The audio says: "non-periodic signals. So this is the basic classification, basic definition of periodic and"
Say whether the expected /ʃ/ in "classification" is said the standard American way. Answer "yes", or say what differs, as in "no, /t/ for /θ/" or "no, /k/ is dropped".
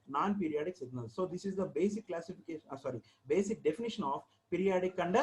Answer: no, /s/ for /ʃ/